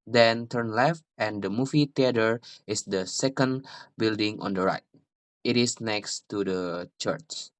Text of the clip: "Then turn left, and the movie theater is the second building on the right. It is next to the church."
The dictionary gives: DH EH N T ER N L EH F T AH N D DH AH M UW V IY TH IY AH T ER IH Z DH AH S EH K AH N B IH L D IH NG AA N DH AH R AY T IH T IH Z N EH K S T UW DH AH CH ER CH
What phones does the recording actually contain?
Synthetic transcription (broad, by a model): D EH N T ER N L EH F T AH N D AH M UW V IY T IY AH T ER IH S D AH S EH K AH N B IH L D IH NG AA N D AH R AY T IH T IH S N EH K S T UW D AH CH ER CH